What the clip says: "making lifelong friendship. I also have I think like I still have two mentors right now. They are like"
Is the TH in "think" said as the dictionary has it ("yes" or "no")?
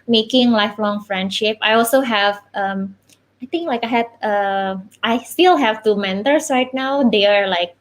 no